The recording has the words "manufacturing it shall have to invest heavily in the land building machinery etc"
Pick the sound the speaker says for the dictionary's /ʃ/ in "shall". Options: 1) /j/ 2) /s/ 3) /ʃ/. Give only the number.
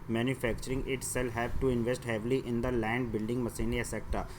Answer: 2